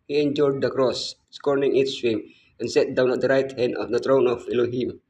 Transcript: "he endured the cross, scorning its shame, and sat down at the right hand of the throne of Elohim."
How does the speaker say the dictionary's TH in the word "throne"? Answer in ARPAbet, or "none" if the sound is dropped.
T